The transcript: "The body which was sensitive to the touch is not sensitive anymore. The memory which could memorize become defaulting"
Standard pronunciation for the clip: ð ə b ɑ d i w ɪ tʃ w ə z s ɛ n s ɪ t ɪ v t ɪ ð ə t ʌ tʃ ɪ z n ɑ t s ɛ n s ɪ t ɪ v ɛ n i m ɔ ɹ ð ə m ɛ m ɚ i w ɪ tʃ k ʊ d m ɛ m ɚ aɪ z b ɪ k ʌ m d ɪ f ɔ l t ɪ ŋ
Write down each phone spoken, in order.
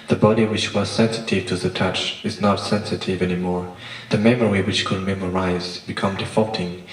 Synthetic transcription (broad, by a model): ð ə b ɑ d i w ɪ tʃ w ə z s ɛ n s ɪ t ɪ v t ɪ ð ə t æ tʃ ɪ z n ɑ t s ɛ n s ɪ t ɪ v ɛ n i m ɔ ɹ ð ə m ɛ m ɚ i w ɪ tʃ k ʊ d m ɛ m ɚ aɪ z b ɪ k ʌ m d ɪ f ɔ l t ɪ ŋ